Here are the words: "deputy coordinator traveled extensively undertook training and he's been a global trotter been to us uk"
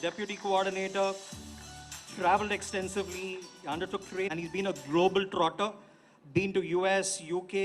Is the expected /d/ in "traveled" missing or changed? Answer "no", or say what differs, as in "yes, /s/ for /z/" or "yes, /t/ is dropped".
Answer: no